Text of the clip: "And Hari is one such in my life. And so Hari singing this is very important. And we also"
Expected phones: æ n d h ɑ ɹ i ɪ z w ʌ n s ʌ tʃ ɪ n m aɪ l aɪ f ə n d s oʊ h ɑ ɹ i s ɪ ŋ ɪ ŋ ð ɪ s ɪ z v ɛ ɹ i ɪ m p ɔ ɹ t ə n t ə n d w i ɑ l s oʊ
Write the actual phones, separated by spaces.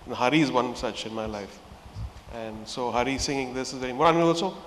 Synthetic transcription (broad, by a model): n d h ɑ ɹ i ɪ z w ʌ n s ʌ tʃ ɪ n m aɪ l aɪ f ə n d s oʊ h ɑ ɹ i s ɪ ŋ ɪ ŋ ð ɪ s ɪ z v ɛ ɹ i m ɔ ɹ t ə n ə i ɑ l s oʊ